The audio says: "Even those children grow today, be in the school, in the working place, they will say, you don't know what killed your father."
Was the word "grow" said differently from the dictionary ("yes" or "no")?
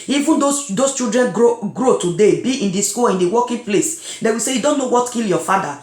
no